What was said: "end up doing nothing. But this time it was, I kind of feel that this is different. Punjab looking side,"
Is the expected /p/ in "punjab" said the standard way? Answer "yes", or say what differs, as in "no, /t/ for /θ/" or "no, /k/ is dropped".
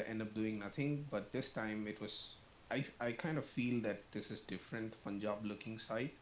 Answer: no, /f/ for /p/